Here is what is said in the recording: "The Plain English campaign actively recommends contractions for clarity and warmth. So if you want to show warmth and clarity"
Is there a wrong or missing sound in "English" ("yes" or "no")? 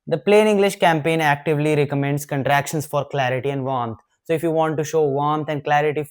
no